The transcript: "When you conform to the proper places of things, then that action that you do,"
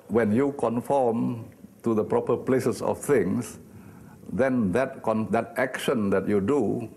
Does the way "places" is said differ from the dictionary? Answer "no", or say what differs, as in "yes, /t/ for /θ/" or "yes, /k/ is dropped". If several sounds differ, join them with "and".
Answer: yes, /s/ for /z/